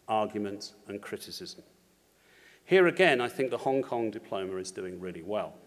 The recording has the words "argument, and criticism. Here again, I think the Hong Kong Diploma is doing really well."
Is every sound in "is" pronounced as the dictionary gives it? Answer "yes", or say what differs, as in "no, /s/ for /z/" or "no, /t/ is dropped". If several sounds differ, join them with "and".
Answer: yes